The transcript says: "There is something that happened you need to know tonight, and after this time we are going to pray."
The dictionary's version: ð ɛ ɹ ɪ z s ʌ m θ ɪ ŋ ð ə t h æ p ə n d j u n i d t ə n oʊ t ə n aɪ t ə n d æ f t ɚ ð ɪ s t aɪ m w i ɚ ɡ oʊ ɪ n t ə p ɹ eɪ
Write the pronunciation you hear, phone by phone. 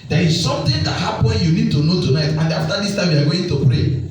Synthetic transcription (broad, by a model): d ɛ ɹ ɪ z s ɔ m t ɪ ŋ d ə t h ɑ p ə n j u n i d t ə n oʊ t ə n aɪ t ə n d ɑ f t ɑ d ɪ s t aɪ m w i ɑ ɡ oʊ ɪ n t ə p ɹ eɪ